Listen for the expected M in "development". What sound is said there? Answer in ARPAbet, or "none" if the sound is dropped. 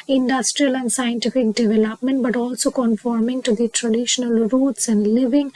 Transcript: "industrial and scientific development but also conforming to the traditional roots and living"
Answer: M